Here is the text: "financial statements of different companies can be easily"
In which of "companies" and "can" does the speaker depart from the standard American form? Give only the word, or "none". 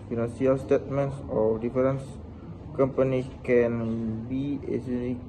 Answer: companies